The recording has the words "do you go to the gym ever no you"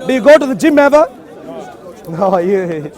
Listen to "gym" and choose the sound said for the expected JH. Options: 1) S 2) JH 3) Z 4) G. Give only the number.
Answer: 2